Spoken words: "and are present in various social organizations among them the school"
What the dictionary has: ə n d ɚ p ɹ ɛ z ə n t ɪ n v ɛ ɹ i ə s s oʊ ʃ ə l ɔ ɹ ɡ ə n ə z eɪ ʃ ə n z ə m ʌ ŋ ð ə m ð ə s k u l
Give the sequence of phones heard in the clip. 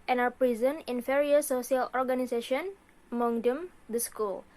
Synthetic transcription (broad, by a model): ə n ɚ p ɹ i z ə n ɪ n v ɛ ɹ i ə s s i ə l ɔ ɹ ɡ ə n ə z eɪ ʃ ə n ə m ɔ ŋ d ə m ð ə s k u l